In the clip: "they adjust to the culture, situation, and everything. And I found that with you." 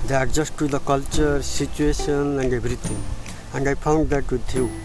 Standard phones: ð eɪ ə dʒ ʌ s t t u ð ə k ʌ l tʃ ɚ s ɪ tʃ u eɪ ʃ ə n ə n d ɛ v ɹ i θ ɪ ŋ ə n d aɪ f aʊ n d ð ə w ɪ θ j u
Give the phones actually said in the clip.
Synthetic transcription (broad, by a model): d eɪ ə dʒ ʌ s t t u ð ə k ʌ l tʃ ɚ s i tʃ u eɪ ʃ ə n ə n d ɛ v ɹ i t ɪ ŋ ə n d aɪ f aʊ n d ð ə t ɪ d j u